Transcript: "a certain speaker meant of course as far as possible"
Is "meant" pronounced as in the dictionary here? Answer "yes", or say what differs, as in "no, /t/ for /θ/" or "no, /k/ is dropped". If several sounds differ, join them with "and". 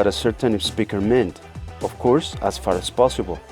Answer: yes